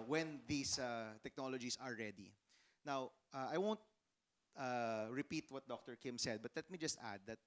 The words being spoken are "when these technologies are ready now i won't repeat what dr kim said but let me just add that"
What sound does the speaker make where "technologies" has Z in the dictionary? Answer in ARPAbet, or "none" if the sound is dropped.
S